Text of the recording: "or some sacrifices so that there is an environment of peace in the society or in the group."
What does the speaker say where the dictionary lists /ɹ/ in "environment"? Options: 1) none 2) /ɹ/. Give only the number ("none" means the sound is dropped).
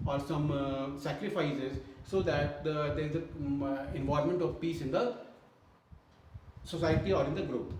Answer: 1